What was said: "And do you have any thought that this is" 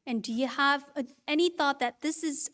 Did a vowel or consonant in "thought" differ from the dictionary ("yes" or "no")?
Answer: no